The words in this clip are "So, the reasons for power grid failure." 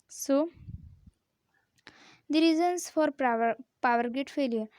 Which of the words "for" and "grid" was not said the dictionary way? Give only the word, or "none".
grid